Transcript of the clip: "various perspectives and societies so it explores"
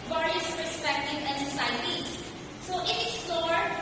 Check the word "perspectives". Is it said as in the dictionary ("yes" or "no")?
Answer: no